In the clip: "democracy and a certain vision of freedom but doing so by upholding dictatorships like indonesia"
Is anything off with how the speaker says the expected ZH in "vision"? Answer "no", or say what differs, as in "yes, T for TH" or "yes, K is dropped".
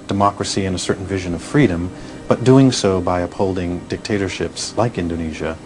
no